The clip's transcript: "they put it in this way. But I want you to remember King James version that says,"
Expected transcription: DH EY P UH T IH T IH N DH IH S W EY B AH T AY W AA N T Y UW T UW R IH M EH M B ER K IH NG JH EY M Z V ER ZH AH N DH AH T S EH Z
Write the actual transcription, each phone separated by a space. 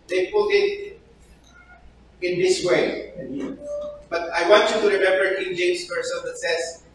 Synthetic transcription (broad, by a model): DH EY P UH T IH T IH N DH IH S W EY B AH T AY W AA N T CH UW T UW R IH M EH M B ER K IH NG JH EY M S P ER S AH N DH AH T S EH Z